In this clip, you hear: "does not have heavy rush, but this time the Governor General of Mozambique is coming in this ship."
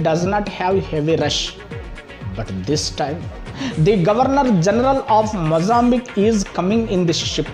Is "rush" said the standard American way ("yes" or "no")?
yes